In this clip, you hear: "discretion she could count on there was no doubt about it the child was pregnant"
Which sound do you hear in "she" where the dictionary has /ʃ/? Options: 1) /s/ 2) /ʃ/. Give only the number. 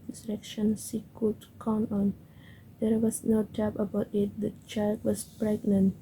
1